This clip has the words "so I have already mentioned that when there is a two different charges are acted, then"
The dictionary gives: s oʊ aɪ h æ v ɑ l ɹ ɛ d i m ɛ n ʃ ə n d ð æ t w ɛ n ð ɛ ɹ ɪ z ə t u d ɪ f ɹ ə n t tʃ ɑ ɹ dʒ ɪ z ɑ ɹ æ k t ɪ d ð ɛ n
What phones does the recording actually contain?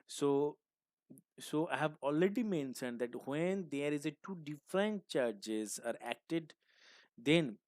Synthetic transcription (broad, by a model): s oʊ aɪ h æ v ɑ l ɹ ɛ d i m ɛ n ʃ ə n d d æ t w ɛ n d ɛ ɹ ɪ z ə t u d ɪ f ɹ ə n t tʃ ɑ ɹ dʒ ɪ z ɑ ɹ æ k t ɪ d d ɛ n